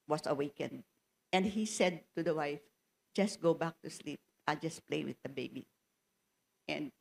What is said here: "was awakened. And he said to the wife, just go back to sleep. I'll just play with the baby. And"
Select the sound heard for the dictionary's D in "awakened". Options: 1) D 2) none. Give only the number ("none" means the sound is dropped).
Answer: 1